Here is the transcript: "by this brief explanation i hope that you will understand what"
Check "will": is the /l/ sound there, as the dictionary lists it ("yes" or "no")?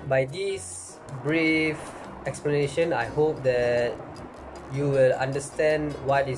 yes